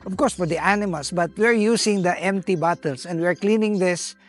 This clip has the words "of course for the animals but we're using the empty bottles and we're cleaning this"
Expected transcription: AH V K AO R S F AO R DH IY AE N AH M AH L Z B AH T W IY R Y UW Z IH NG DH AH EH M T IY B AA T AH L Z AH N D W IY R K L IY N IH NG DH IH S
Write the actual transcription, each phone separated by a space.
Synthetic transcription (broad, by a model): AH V K AO R S F AO R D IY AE N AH M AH L S B AH T W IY R Y UW S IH NG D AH EH M T IY B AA T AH L S AH N D W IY R K L IY N IH NG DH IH S